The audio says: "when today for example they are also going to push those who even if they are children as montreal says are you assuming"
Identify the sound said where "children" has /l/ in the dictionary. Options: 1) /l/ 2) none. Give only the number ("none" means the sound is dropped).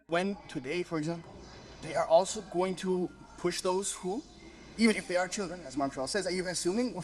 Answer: 1